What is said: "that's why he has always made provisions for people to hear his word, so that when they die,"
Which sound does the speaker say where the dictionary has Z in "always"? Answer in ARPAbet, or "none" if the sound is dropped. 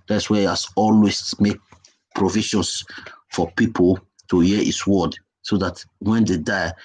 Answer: S